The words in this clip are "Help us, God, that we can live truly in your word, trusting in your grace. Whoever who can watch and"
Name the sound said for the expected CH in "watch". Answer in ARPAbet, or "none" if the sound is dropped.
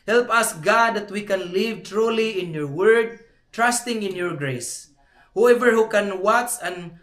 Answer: S